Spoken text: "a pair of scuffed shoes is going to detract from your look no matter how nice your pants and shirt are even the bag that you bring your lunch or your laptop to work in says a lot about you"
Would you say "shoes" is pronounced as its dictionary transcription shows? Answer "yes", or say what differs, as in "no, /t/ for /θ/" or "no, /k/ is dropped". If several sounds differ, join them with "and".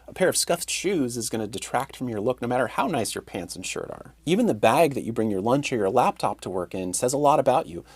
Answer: yes